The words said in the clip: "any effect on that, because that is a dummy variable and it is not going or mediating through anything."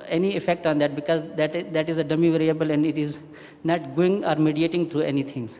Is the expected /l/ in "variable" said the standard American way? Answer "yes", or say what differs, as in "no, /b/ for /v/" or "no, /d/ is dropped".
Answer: yes